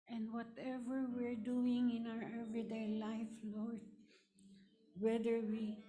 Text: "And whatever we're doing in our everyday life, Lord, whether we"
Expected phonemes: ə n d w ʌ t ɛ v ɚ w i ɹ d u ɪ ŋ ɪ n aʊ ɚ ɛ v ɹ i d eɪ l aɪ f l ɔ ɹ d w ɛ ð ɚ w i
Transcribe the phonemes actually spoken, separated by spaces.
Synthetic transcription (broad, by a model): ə n d w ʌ t ɛ v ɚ w i ɹ d u ɪ ŋ ɪ n aʊ ɚ ɛ v ɹ i d eɪ l aɪ f l ɔ ɹ d w ɛ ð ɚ w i